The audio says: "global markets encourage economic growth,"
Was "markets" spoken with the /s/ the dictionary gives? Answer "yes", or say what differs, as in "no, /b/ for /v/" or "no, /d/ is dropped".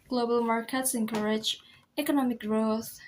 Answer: yes